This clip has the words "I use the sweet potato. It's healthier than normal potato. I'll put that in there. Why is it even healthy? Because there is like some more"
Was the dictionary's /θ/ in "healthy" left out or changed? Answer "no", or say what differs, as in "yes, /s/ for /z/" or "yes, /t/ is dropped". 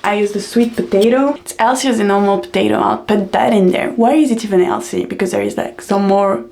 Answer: yes, /s/ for /θ/